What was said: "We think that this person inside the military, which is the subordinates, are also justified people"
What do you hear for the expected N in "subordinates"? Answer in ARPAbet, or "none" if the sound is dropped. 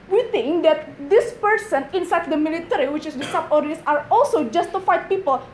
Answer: none